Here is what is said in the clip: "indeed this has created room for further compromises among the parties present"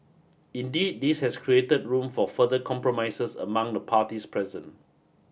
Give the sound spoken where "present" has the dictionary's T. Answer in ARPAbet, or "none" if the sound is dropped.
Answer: none